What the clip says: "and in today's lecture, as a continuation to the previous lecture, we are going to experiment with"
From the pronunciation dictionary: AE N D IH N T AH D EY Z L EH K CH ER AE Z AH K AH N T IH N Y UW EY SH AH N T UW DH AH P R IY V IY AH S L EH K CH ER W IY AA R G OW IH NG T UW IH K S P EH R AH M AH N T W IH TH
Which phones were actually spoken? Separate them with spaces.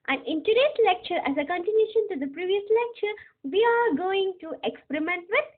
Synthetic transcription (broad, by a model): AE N IH N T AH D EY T L EH K CH ER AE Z AH K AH N T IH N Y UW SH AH N T UW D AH P R IY V IY AH S L EH K CH ER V IY AA R G OW IH NG T UW IH K S P EH R AH M AH N T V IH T